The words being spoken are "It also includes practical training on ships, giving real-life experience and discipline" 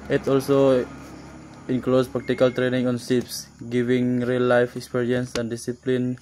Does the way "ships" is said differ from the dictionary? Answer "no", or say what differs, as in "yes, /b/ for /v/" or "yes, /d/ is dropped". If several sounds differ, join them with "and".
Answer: yes, /s/ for /ʃ/